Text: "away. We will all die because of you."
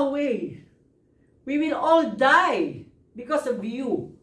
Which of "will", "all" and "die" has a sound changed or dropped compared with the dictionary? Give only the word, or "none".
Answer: none